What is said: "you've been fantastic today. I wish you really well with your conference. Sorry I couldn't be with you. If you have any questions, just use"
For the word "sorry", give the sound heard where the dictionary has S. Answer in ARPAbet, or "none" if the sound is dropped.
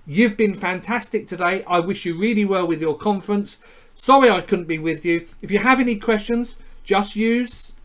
S